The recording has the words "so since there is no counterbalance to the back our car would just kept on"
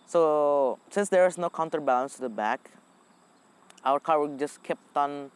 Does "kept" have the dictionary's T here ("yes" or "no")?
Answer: yes